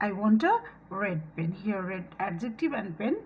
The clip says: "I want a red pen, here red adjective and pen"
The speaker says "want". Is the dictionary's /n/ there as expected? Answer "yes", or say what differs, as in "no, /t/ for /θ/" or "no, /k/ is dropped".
yes